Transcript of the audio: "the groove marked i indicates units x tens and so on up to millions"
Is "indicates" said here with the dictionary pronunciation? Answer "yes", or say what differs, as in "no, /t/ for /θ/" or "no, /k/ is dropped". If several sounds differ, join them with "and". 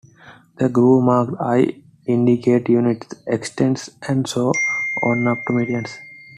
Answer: no, /s/ is dropped